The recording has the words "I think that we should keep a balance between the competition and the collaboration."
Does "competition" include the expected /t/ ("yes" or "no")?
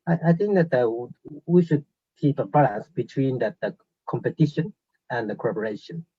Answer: yes